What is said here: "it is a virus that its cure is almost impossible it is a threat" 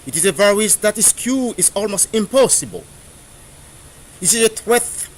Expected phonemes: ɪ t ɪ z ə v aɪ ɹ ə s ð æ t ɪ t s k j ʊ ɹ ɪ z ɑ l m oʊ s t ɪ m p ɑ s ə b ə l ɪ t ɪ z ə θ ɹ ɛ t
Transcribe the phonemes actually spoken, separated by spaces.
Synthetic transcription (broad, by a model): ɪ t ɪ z ə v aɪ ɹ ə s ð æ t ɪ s k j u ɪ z ɑ l m oʊ s t ɪ m p ɑ s ə b ə l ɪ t ɪ z ə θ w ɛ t